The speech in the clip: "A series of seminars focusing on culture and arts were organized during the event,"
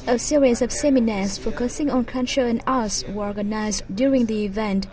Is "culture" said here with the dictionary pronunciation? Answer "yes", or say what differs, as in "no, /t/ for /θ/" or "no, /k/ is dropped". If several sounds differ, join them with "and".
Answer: no, /n/ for /l/